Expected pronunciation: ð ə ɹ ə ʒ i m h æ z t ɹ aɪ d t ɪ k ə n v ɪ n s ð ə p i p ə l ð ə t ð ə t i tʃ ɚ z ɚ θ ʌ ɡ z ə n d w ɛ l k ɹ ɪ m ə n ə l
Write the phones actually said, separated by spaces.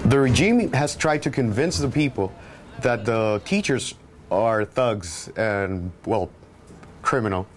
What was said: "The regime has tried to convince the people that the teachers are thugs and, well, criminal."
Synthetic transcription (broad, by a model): ð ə ɹ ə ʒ i m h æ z t ɹ aɪ d t ɪ k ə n v ɪ n s ð ə p i p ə l ð ə t ð ə t i tʃ ɚ z ɚ θ ʌ ɡ z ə n w ɛ l k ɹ ɪ m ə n l